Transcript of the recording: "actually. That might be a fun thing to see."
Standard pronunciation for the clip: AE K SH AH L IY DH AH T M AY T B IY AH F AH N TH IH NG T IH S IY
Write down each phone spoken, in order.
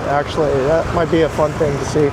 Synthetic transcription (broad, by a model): AE K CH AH L IY DH AH T M AY T B IY AH F AH N TH IH NG T IH S IY